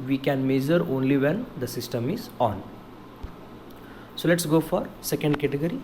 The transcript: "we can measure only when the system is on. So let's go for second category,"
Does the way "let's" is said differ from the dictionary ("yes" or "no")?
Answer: no